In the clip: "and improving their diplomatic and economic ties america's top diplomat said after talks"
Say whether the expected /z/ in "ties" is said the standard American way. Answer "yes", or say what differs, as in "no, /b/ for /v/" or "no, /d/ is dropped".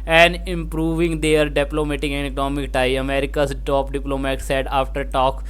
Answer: no, /z/ is dropped